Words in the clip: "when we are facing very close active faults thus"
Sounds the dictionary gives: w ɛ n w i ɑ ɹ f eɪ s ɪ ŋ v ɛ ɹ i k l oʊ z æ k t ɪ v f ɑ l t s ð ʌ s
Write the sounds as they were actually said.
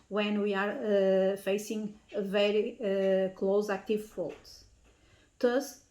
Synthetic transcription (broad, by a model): w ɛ n w i ɑ ɹ f eɪ s ɪ ŋ v ɛ ɹ i k l oʊ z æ k t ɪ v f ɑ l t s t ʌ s